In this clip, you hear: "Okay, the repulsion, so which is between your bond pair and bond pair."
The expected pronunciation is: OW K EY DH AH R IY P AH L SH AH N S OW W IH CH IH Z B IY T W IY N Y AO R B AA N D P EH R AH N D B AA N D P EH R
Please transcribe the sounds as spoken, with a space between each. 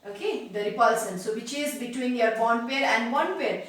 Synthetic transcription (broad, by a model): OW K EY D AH R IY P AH L S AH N S OW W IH CH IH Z B IY T W IY N Y AO R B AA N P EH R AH N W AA N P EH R